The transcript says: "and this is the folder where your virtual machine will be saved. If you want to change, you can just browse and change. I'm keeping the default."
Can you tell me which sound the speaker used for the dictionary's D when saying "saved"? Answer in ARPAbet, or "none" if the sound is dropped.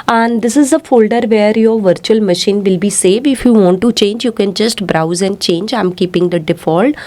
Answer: none